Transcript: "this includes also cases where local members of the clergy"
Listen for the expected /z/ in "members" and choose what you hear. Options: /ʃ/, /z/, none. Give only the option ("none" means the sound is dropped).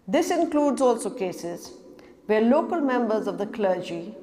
/z/